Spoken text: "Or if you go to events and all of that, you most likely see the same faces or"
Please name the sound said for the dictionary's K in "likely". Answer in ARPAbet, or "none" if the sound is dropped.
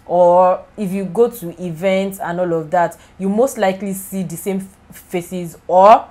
K